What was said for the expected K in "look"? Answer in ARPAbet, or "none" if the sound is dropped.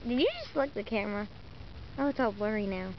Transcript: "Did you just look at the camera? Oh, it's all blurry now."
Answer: none